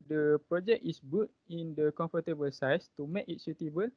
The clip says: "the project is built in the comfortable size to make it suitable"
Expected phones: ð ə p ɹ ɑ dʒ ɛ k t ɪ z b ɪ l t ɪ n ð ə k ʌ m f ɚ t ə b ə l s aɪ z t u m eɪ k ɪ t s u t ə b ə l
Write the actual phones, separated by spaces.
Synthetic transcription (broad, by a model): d ə p ɹ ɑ dʒ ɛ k ɪ s b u t ɪ n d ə k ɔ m f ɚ t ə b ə l s aɪ s t u m eɪ k ɪ t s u t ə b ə l